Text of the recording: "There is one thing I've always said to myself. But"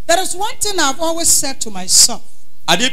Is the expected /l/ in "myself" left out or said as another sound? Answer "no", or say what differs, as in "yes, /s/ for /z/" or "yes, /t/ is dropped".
yes, /l/ is dropped